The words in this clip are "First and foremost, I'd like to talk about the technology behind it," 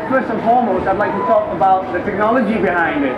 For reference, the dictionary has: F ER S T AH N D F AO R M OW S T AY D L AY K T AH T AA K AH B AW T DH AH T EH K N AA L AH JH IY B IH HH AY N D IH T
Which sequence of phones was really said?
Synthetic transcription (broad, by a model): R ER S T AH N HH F AO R M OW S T AY D L AY K T AH T AA K AH B AW T DH AH T EH K N AA L AH JH IY B IH HH AY N D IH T